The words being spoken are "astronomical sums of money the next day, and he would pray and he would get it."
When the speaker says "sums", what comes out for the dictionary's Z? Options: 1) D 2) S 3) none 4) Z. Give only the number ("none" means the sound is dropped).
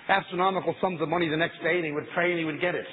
4